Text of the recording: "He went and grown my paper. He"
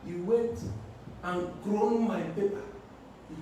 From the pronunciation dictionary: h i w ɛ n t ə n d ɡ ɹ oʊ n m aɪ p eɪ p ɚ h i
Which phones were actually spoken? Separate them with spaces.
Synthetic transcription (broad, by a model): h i w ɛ t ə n ɡ ɹ oʊ n m aɪ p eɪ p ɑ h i